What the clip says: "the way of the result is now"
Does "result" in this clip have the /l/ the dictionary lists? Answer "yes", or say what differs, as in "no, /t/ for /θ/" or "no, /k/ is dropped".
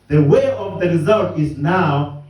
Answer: yes